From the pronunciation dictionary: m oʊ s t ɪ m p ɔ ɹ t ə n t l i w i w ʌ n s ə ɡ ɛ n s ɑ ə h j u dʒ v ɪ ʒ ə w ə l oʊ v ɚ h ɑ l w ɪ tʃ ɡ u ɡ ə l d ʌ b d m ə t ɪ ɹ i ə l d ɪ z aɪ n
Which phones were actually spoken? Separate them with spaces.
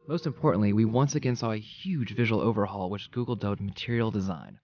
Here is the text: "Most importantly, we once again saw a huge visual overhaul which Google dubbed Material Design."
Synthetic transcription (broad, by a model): m oʊ s t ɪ m p ɔ ɹ t n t l i w i w ʌ n s ə ɡ ɛ n s ɑ ə h j u dʒ v ɪ ʒ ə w l oʊ v ɚ h ɑ l w ɪ tʃ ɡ u ɡ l d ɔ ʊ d m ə t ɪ ɹ i l d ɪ z aɪ n